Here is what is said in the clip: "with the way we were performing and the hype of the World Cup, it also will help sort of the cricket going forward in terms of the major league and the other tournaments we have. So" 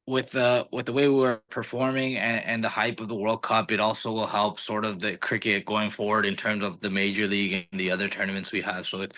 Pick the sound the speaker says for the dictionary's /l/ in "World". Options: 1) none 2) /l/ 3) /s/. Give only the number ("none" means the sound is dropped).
2